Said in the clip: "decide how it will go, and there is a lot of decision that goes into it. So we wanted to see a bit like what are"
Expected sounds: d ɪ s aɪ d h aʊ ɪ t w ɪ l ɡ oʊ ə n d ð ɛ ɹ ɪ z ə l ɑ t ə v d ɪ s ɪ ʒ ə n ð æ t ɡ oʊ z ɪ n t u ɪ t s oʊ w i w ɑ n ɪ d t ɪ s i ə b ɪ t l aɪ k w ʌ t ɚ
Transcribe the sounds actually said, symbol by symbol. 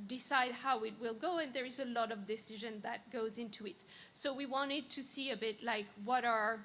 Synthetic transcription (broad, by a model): d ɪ s aɪ d h aʊ ɪ t w ɪ l ɡ oʊ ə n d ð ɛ ɹ ɪ z ə l ɑ t ə v d ɪ s ɪ ʒ ə n ð æ t ɡ oʊ z ɪ n t u ɪ t s oʊ w i w ɑ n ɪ d t ɪ s i ə b ɪ t l aɪ k w ʌ t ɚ